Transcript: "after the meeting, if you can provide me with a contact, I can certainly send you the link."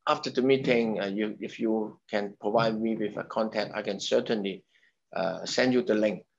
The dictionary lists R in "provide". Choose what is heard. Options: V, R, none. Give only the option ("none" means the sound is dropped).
R